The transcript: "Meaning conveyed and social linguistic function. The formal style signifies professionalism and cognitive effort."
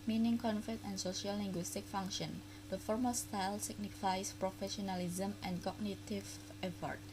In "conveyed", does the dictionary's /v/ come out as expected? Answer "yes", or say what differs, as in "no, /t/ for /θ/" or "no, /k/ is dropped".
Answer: no, /f/ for /v/